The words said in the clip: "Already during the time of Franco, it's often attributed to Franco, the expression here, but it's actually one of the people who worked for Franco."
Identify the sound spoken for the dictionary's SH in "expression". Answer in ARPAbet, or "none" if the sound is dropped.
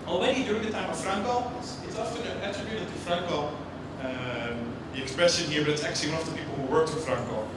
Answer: S